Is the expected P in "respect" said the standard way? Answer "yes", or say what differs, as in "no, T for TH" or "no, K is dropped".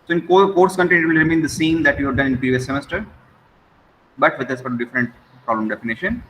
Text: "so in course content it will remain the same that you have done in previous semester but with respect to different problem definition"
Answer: no, F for P